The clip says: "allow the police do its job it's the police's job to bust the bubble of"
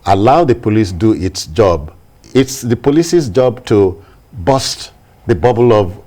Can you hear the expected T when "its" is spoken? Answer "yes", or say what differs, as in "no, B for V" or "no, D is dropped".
yes